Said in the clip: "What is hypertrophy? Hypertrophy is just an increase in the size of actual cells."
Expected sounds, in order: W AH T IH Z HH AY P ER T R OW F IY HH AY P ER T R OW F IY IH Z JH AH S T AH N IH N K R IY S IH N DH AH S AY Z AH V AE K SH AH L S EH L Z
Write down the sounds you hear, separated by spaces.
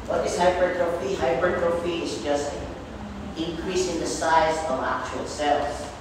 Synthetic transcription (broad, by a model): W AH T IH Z HH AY B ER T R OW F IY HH AY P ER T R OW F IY IH Z JH AH S T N IH N K R IY S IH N DH AH S AY Z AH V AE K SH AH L S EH L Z